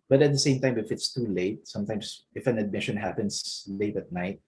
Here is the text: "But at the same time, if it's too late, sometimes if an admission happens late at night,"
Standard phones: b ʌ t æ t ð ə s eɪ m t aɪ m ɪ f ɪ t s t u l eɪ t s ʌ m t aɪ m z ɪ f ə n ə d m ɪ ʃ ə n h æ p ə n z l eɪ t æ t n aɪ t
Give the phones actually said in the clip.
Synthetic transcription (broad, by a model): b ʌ t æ t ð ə s eɪ m t aɪ m ɪ f ɪ t s t u l eɪ t s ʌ m t aɪ m s ɪ f ə n ə d m ɪ ʃ ə n h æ p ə n s l eɪ t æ t n aɪ t